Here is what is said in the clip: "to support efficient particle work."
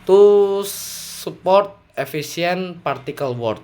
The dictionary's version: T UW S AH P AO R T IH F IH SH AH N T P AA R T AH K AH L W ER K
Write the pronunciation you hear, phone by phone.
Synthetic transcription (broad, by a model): T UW S AH P AO R T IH F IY S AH N P AA R T AH K AH L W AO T